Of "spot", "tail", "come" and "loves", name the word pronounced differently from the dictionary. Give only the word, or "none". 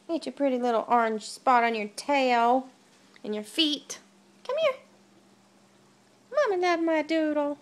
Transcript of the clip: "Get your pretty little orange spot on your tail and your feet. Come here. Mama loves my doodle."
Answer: loves